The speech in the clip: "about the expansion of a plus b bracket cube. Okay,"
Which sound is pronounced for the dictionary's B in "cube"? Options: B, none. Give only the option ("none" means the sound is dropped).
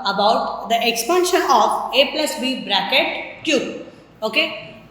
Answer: none